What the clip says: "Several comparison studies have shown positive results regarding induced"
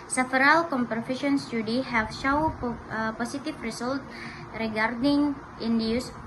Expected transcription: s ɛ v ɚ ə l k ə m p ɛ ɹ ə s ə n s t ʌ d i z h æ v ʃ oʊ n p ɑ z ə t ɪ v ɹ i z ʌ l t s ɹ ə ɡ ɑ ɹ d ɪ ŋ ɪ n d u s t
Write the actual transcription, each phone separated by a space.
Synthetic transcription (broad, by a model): s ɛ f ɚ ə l k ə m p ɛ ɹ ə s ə n s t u d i h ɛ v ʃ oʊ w p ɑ s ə t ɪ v ɹ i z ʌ l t ɹ ə ɡ ɑ ɹ d ɪ ŋ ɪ n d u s